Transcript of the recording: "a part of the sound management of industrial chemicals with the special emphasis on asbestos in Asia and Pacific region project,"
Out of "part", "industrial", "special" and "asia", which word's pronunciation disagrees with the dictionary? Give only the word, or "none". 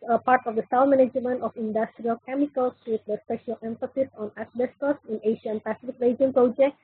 asia